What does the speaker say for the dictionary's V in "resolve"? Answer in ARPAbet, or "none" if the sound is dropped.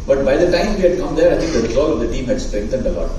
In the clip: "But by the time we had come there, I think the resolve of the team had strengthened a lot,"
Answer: none